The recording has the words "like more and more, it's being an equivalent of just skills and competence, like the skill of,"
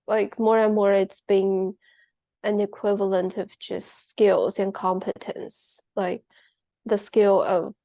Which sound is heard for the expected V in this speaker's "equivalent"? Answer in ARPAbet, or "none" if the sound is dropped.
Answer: V